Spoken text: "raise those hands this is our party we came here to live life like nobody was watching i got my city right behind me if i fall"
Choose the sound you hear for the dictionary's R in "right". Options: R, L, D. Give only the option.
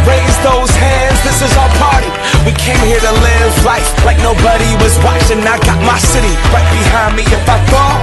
L